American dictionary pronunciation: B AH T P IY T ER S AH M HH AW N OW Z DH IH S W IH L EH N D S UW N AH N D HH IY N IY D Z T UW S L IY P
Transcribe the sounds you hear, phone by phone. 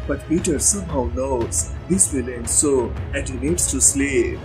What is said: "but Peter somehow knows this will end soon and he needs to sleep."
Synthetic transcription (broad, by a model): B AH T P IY T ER S AH M HH AW N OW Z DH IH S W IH L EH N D S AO AH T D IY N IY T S T UW S L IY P